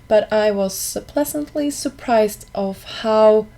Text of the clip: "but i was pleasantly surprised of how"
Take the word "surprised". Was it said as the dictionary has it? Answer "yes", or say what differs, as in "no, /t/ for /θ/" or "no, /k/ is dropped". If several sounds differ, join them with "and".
yes